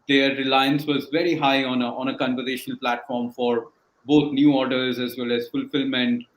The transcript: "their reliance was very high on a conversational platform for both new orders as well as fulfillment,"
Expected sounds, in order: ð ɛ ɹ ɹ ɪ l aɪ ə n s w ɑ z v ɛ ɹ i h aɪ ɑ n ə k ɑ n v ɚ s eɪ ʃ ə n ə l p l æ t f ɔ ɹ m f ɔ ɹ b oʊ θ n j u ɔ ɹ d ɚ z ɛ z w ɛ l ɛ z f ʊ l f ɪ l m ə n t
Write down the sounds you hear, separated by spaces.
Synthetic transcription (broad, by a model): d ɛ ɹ ɹ ɪ l aɪ ə n s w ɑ z v ɛ ɹ i h aɪ ɑ n ə k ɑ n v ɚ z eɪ ʃ ə n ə l p l æ t f ɔ ɹ m f ɔ ɹ b oʊ t n j u ɔ ɹ d ɚ z ɛ z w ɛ l ɛ z f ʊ l f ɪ l m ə n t